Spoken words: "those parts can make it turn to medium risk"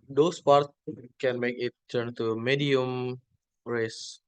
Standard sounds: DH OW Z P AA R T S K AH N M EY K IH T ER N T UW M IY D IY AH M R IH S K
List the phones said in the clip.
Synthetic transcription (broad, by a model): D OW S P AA R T K AH N M EY K IH T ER N T UW M IY D IY AH M R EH S